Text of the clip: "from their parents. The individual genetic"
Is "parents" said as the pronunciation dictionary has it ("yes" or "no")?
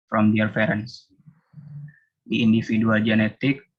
no